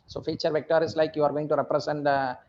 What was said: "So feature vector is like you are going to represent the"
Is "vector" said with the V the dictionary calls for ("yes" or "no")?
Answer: yes